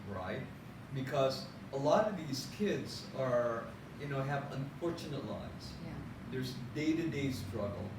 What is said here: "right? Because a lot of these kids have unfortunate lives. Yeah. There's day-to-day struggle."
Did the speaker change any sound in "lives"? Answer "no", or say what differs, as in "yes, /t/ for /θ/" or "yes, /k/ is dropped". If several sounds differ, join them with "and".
yes, /v/ is dropped